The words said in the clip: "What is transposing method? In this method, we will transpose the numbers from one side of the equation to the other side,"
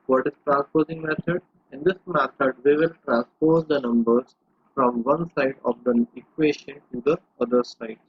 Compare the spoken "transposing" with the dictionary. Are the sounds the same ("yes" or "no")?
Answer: yes